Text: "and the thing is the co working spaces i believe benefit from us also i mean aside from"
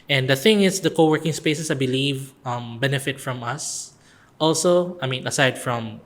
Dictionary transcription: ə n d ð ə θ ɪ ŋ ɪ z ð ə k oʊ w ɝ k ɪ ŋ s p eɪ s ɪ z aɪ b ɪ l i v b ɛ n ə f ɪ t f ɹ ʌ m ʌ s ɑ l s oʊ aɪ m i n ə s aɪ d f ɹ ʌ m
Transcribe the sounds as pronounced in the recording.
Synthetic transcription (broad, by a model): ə n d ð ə θ ɪ ŋ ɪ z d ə k oʊ w ɝ k ɪ ŋ s p eɪ s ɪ s aɪ b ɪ l i v b ɛ n ə f ɪ t f ɹ ʌ m ʌ s ɑ l s oʊ aɪ m i n ə s aɪ d f ɹ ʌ m